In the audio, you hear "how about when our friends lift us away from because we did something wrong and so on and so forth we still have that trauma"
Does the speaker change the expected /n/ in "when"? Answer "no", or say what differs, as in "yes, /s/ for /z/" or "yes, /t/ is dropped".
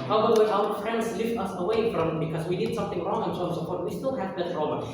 yes, /n/ is dropped